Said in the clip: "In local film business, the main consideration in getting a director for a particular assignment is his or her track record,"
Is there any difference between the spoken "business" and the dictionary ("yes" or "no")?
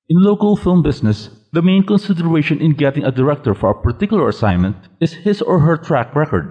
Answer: yes